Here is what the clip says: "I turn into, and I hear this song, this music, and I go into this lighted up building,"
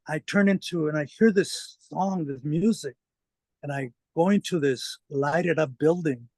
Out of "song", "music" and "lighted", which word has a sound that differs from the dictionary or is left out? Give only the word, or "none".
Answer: none